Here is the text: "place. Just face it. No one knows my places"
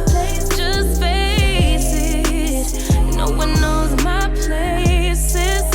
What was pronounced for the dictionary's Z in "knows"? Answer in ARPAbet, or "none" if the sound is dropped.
Z